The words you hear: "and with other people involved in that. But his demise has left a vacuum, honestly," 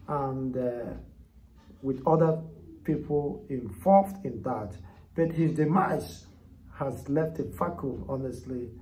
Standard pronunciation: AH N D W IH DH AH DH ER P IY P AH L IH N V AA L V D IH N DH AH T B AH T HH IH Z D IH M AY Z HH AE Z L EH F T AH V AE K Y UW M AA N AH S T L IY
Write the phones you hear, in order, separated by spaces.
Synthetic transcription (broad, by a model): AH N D W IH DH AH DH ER P IY P AH L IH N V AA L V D IH N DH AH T B AH T HH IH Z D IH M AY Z HH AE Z L EH F T AH F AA K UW AA N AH S T L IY